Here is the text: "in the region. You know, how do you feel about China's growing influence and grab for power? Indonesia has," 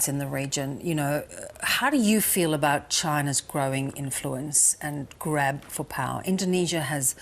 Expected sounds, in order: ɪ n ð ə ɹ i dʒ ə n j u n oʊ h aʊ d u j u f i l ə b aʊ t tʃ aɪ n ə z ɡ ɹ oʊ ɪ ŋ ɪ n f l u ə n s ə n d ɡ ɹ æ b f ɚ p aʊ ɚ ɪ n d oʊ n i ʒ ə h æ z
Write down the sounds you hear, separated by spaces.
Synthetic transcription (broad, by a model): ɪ n ð ə ɹ i dʒ ə n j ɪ n oʊ h aʊ d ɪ j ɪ f i l ə b aʊ t tʃ aɪ n ə z ɡ ɹ oʊ ɪ ŋ ɪ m f l u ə n s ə n ɡ ɹ æ b f ɚ p aʊ ɚ ɪ n d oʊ n i ʒ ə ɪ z